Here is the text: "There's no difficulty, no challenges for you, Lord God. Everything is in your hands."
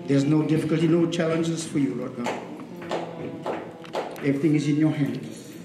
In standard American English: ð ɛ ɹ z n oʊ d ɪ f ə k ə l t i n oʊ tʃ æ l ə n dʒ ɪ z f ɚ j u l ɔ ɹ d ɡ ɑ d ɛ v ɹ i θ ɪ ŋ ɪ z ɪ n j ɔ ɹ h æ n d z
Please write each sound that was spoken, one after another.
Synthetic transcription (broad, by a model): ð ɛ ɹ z n oʊ d ɪ f ə k ə l t i n oʊ tʃ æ l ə n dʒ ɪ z f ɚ j u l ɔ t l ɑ ɛ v ɹ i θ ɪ ŋ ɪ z ɪ n j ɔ h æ n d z